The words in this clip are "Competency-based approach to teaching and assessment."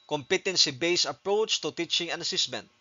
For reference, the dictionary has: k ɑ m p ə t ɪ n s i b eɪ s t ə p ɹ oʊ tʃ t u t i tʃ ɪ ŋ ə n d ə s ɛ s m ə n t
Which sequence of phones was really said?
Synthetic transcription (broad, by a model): k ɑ m p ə t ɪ n s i b eɪ s ə p ɹ oʊ tʃ t u t i tʃ ɪ ŋ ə n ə s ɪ s m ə n t